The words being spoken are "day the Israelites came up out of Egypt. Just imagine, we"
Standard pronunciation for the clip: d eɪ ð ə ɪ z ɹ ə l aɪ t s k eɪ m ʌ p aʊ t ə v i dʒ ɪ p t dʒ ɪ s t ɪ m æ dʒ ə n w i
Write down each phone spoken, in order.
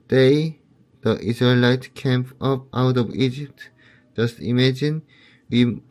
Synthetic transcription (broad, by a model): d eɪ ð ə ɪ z ɹ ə l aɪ t k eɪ m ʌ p aʊ t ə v i dʒ ɪ p t dʒ ɪ s t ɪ m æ dʒ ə n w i